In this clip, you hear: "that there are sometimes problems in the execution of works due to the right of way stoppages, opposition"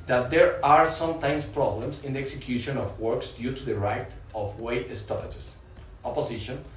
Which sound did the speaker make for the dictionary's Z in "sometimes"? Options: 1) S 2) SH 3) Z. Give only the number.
1